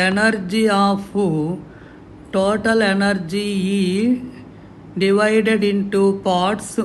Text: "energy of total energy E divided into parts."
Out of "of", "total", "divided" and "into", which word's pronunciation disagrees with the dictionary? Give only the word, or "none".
of